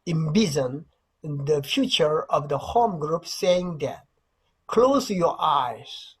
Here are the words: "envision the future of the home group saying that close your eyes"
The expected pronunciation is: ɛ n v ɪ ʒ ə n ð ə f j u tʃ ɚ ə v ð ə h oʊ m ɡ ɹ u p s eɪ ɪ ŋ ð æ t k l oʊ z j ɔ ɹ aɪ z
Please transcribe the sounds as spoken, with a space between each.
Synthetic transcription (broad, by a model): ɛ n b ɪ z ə n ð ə f j u tʃ ɚ ə v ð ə h oʊ m ɡ ɹ u p s eɪ ɪ ŋ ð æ t k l oʊ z j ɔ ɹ aɪ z